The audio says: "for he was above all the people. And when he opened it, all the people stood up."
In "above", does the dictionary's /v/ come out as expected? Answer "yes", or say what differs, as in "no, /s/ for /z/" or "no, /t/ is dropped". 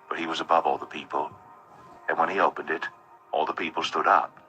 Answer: yes